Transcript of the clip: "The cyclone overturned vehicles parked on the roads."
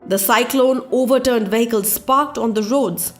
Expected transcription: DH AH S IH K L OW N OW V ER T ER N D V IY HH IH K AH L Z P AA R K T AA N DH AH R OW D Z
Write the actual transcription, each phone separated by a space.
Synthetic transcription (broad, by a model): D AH S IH K L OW N OW V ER T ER N D V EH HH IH K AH L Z P AA R K T AA N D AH R OW D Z